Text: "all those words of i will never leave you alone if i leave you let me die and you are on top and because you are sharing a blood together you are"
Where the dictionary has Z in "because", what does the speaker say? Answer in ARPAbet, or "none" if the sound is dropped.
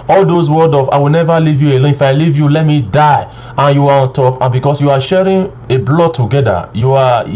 S